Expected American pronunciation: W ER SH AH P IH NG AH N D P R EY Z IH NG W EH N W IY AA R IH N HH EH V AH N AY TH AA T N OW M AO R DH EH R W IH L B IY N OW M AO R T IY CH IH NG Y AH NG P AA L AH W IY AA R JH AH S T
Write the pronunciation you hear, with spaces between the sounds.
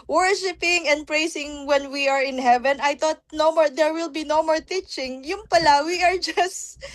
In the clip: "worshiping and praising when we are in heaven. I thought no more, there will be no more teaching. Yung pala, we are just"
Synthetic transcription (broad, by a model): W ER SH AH P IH NG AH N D P R EY S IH NG W EH N W IY AA R IH N HH EH V AH N AY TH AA T N OW M AO R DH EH R W IH L B IY N OW M AO R T IY CH IH NG Y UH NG P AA L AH W IY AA R JH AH S T